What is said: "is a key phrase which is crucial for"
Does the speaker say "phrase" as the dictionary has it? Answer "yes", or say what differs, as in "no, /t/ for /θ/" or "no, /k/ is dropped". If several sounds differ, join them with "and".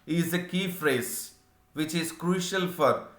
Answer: yes